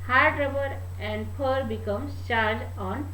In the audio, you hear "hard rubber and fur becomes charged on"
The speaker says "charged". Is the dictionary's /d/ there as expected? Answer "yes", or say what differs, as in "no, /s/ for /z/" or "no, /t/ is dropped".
no, /d/ is dropped